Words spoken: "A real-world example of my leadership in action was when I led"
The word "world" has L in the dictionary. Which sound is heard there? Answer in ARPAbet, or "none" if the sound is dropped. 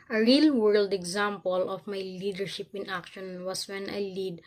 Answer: L